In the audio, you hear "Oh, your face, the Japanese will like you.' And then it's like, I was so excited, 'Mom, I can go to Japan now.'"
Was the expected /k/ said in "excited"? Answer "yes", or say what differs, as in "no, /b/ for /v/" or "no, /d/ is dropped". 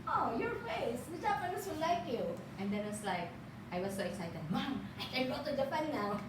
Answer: yes